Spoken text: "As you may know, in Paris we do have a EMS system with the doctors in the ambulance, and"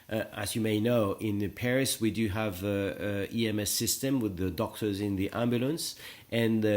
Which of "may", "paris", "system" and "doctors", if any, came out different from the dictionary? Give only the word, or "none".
none